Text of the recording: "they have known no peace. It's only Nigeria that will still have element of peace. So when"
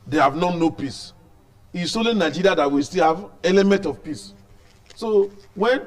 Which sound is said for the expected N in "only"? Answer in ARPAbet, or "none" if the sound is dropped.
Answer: none